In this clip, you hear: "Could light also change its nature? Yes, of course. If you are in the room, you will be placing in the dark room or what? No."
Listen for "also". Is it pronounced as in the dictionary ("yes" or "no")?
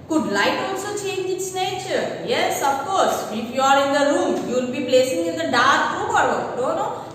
no